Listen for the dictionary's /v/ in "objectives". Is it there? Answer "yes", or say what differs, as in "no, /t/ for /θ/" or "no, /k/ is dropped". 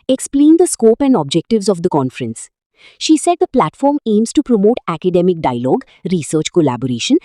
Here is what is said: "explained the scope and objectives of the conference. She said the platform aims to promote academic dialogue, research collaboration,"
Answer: yes